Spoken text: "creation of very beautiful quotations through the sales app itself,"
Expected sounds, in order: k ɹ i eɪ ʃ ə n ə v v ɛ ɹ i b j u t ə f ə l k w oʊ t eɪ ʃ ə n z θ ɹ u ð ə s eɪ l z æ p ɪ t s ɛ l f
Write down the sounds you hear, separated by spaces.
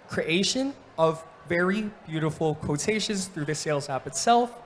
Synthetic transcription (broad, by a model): k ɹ i eɪ ʃ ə n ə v v ɛ ɹ i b j u t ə f l k oʊ t eɪ ʃ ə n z θ ɹ u ð ə s eɪ l z æ p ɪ t s ɛ l f